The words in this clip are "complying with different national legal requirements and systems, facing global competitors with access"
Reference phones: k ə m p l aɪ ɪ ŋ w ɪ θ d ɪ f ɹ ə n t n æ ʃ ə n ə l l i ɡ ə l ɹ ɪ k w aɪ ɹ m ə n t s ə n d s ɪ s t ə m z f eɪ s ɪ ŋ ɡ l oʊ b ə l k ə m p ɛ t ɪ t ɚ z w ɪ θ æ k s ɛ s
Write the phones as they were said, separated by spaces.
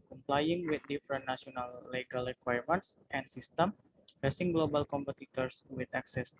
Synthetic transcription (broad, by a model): k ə m p l aɪ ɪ ŋ w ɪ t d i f ɹ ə n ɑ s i ə n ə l l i ɡ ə l ɹ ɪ k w aɪ ɹ m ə n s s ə n s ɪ s t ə m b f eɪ s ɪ ŋ ɡ l oʊ b ə l k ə m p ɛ t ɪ t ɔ s w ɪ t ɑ k s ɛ s